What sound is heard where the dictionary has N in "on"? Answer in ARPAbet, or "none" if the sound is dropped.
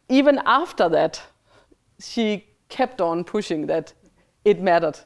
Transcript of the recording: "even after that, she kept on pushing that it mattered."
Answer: N